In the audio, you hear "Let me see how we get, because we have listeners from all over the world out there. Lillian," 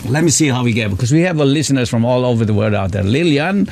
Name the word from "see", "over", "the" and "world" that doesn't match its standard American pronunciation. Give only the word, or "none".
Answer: world